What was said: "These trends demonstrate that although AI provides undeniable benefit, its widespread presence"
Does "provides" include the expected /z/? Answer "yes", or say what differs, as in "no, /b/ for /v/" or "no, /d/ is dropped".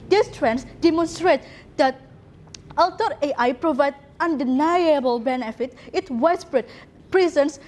no, /z/ is dropped